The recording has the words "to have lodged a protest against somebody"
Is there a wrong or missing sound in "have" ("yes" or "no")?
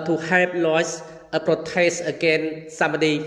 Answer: yes